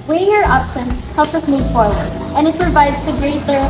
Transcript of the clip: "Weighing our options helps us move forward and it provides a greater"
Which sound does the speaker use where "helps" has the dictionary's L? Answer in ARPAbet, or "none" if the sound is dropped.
L